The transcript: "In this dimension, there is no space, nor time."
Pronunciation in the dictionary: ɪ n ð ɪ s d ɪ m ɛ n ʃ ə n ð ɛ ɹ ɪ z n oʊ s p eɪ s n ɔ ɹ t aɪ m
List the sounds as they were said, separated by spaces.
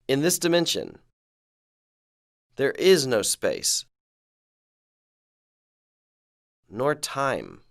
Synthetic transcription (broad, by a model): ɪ n ð ɪ s d ɪ m ɛ n ʃ ə n ð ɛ ɹ ɪ z n oʊ s p eɪ s n ɔ ɹ t aɪ m